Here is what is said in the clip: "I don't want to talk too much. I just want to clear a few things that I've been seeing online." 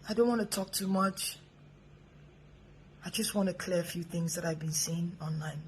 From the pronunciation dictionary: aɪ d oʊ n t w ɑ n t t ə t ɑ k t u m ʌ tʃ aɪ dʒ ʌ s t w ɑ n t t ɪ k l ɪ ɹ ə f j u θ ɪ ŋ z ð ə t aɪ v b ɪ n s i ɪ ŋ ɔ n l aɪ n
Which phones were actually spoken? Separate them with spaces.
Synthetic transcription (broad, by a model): aɪ d oʊ n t w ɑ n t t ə t ɑ k t u m ʌ tʃ aɪ dʒ ʌ s t w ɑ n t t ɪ k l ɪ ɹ ə f j u θ ɪ ŋ z ð ə t aɪ v b ɪ n s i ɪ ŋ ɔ n l aɪ n